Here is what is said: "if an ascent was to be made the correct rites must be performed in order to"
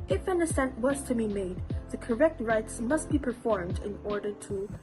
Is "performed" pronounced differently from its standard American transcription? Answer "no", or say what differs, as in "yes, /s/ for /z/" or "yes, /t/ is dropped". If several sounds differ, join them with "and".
no